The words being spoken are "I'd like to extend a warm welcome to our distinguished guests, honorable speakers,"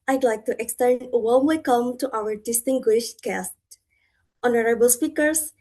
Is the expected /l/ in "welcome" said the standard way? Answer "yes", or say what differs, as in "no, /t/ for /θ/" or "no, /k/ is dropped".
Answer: no, /l/ is dropped